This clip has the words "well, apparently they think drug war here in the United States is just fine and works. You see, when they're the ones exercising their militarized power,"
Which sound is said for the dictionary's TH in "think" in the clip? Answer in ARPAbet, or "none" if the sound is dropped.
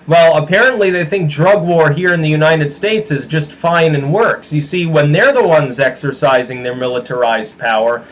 TH